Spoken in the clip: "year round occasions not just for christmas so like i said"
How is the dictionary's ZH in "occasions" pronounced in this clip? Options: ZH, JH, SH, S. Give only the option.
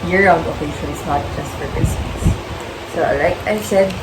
SH